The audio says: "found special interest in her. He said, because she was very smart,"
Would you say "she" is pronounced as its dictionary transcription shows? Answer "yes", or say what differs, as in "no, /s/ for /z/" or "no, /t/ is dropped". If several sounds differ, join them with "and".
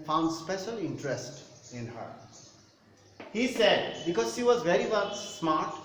yes